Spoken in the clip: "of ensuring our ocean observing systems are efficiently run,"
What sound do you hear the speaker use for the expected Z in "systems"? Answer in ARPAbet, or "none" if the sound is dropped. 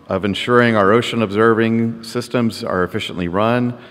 Z